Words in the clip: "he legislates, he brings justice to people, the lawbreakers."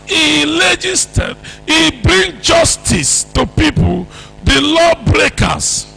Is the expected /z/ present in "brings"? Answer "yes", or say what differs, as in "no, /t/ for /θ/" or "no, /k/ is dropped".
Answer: no, /z/ is dropped